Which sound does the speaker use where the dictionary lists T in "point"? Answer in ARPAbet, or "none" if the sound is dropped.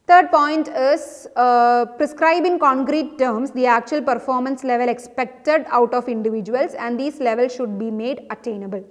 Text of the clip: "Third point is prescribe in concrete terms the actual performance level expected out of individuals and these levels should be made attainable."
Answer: T